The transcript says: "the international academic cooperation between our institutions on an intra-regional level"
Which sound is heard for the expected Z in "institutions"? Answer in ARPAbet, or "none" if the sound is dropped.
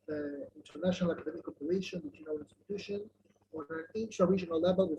none